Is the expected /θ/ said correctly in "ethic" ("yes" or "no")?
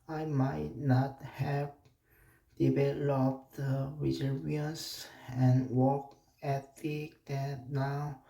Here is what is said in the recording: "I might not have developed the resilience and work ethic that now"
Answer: no